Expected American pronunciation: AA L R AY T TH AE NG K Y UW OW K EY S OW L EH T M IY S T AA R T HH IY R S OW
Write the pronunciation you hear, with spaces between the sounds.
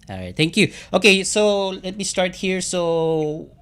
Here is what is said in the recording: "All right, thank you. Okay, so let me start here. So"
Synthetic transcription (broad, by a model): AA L R AY T T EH NG K Y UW OW K EY S OW L EH T M IY S T AA R T HH IY R S OW